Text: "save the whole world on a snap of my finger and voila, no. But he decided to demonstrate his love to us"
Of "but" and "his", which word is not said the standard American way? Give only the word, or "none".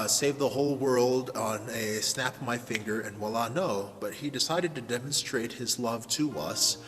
none